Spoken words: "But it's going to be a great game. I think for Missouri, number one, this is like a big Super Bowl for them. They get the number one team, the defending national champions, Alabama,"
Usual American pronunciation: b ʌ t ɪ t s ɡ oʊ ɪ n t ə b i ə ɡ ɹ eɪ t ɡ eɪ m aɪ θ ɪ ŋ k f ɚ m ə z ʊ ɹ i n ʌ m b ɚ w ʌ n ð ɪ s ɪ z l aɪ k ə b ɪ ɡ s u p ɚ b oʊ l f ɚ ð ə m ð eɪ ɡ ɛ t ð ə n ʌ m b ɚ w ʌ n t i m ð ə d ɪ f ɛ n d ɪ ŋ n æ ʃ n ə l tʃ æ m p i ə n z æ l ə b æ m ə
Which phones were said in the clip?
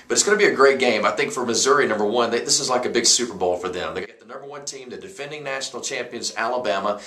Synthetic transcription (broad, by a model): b ʌ t ɪ t s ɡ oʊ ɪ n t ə b i ə ɡ ɹ eɪ t ɡ eɪ m aɪ θ ɪ ŋ k f ɚ m ə z ʊ ɹ i n ʌ m b ɚ w ʌ n ð ɪ s ɪ z l aɪ k ə b ɪ ɡ s u p ɚ b oʊ l f ɚ ð ə m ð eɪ ɡ ɛ t ð ə n ʌ m b ɚ w ʌ n t i m ð ə d ɪ f ɛ n d ɪ ŋ n æ ʃ n l tʃ æ m p i ə n z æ l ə b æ m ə